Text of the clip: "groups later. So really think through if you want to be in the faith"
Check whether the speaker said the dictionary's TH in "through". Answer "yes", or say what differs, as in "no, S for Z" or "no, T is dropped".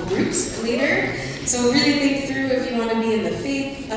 yes